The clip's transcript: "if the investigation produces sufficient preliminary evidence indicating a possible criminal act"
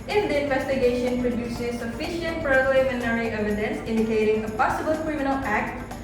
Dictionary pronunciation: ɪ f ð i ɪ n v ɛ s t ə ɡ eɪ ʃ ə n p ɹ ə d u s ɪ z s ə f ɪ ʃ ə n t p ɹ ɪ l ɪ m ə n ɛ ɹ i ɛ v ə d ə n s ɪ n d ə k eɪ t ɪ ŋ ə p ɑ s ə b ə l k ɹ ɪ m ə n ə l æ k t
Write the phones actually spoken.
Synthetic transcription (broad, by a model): ɪ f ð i ɪ n v ɛ s t ə ɡ eɪ ʃ ə n p ɹ ə d u s ɪ z s ə f ɪ ʃ ə n t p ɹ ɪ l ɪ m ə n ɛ ɹ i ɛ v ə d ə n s ɪ n d ə k eɪ t ɪ ŋ ə p ɑ s ə b ə l k ɹ ɪ m ə n ə l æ k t